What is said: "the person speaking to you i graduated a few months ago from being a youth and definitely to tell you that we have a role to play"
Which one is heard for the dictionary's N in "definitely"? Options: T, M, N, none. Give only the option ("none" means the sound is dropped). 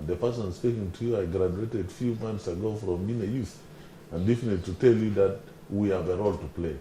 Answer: none